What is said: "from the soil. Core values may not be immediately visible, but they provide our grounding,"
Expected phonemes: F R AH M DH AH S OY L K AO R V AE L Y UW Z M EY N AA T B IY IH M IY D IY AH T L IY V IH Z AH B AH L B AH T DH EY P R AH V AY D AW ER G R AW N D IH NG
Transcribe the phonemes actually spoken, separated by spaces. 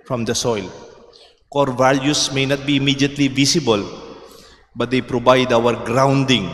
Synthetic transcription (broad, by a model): F R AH M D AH S OY L K AO R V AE L Y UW S M EY N AA T B IY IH M IY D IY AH T L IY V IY S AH B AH L B AH T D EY P R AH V AY D AW ER G R AW N D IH NG